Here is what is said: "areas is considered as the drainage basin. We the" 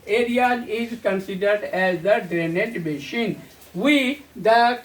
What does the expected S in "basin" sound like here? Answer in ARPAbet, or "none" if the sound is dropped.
SH